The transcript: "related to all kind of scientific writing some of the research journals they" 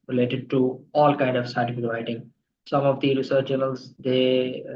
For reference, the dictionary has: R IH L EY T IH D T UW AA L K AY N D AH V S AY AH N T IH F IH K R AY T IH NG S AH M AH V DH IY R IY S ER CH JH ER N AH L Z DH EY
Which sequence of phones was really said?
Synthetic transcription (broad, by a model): R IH L EY T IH D T UW AA L K AY N D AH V S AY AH T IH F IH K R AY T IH NG S AH M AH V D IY R IY S ER CH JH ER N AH L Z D EY